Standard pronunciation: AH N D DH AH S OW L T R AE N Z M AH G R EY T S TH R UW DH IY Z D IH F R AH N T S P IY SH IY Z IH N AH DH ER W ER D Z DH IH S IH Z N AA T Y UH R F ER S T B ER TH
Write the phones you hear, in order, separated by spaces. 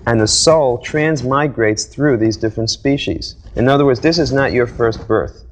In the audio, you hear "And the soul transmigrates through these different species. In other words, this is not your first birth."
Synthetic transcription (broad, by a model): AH N DH AH S OW L T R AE N Z M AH G R EY T S TH R UW DH IY Z D IH F R AH N T S P IY SH IY Z IH N AH DH ER W ER D Z DH IH S IH Z N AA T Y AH R F ER S T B ER TH